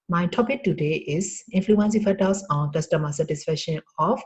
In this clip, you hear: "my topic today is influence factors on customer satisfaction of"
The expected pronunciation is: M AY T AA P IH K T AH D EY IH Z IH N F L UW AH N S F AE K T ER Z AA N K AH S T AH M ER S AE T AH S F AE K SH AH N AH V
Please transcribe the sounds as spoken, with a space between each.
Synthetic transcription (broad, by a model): M AY T AA P IH K T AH D EY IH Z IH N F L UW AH N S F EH T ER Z AA N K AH S T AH M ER S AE T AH S F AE K SH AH N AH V